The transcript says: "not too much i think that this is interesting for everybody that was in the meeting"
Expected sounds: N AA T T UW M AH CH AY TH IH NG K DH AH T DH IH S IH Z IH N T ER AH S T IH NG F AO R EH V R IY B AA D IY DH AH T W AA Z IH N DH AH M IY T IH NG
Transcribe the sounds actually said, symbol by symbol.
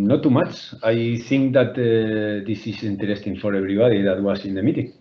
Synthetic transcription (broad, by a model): N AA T T UW M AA CH AY TH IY NG K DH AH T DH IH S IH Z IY N T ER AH S T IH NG F AO R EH B R IY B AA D IY DH AH T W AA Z IH N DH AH M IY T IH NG